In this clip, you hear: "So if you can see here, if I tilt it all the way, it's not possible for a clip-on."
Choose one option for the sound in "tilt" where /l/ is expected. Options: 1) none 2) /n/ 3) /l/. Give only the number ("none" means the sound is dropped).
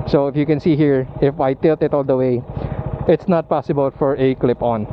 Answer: 3